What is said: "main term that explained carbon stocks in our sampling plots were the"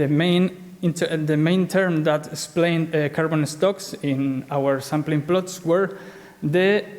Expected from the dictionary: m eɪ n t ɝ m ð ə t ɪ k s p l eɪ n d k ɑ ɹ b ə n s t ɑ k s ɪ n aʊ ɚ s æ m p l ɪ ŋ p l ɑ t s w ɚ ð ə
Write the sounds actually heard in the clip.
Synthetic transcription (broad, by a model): m eɪ n t ɝ m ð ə t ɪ s p l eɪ n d k ɑ ɹ b ə n s t ɑ k s ɪ n aʊ ɚ s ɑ m p l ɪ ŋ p l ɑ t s w ɚ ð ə